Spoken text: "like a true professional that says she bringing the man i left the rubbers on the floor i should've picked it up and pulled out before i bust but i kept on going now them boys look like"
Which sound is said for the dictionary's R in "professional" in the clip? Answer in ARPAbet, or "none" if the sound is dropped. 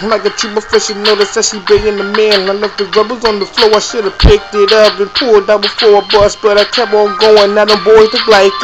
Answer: none